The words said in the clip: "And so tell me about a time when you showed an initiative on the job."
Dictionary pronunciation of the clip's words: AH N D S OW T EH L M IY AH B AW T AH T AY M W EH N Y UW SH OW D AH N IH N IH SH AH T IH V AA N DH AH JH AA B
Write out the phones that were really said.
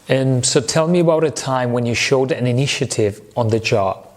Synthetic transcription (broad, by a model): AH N S OW T EH L M IY AH B AW T AH T AY M W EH N Y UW SH OW D AH N IH N IH SH AH T IH V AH N DH AH JH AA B